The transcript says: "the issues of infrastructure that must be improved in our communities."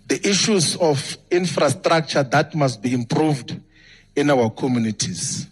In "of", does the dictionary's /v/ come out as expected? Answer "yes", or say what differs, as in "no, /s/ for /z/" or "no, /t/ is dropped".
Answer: no, /f/ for /v/